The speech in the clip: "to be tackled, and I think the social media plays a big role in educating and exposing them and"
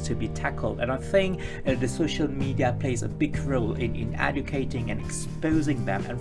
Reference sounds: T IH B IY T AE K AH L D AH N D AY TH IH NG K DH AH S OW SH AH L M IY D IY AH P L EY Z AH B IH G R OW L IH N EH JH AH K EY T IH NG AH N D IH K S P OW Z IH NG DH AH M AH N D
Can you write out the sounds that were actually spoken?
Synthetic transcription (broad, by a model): T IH B IY T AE K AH L D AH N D AY TH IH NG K DH AH S OW SH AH L M IY D IY AH P L EY Z AH B IH G R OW L IH N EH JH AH K EY T IH NG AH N IH K S P OW Z IH NG DH AH M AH N